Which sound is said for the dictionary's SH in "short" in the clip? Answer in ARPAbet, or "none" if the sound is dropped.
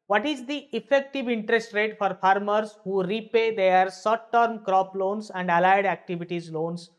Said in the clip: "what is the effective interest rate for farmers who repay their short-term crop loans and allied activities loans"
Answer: S